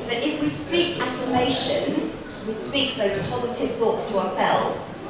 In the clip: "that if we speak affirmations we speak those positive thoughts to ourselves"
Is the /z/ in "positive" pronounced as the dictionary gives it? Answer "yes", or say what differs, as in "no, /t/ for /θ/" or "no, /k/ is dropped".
yes